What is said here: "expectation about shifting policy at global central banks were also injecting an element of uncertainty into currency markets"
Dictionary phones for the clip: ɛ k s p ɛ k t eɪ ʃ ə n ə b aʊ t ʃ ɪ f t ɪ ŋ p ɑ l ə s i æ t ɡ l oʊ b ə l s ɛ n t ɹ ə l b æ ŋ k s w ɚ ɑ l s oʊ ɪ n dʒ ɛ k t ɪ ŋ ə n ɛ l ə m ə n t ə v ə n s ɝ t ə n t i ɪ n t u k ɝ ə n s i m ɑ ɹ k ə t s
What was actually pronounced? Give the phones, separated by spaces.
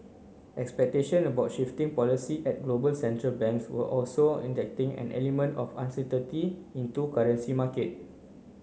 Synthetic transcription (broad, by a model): ɛ k s p ɛ k t eɪ ʃ ə n ə b aʊ t ʃ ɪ f t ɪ ŋ p ɑ l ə s i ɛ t ɡ l oʊ b ə l s ɛ n t ɹ ə l b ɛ ŋ k s w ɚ ɑ l s oʊ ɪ n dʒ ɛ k t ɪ ŋ ə n ɛ l ə m ə n t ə f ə n s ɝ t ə t i ɪ n t u k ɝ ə n s i m ɑ k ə t